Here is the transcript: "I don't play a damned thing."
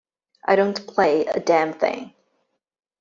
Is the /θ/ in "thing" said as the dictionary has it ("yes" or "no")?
yes